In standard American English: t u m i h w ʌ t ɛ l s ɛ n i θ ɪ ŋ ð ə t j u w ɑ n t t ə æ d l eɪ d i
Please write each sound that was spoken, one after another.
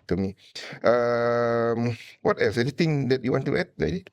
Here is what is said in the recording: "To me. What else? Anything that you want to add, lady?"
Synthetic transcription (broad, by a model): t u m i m w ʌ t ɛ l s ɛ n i t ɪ ŋ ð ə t j u w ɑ n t t ə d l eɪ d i